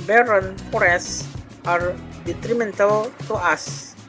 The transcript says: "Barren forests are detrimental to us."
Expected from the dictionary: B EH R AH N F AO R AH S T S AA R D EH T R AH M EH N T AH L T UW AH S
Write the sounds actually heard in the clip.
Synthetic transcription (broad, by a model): B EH R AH N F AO R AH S S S AA R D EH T R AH M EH N T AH L T UW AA S